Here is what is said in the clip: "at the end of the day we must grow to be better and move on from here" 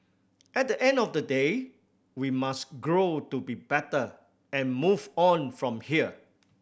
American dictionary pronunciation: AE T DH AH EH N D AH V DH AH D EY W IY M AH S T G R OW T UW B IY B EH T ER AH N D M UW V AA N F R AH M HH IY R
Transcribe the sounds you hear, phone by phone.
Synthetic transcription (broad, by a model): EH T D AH EH N D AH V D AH D EY W IY M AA S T G R OW T UW B IY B EH T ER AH N M UW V AA N F R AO M HH IY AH